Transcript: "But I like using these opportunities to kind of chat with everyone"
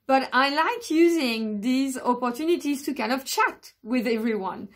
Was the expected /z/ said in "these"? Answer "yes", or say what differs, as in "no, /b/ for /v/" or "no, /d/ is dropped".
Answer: yes